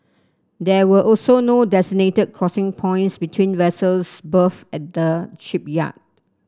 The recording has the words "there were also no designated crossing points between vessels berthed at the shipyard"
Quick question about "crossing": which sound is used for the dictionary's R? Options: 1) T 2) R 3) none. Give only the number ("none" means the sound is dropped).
2